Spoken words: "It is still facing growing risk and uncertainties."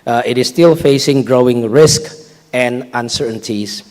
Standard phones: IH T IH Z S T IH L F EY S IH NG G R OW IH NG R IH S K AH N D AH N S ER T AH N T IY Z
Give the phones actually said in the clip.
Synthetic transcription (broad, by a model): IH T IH S T IH L F EY S IH NG G R OW IH NG R IH S K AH N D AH N S ER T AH N T IY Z